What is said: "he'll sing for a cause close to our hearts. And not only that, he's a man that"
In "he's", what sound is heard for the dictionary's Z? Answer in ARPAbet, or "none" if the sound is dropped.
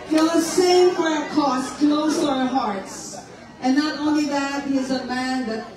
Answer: Z